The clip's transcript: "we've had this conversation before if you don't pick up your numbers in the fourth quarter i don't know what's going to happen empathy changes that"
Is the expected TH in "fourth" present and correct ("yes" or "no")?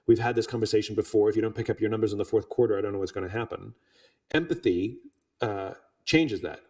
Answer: yes